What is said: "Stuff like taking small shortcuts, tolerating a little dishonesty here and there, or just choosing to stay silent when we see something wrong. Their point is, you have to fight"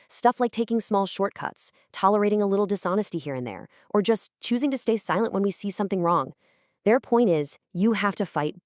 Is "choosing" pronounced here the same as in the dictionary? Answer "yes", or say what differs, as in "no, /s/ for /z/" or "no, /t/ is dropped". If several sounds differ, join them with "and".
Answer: yes